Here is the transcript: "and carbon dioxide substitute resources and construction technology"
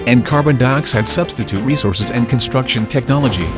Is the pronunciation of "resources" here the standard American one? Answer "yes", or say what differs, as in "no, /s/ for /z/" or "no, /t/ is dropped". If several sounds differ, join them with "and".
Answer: yes